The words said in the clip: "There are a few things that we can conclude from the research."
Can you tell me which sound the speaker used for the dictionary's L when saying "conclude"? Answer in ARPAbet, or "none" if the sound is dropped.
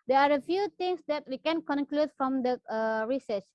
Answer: L